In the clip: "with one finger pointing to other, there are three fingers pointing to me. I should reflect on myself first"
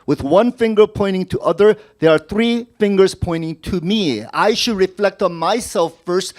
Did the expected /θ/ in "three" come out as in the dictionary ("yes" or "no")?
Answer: yes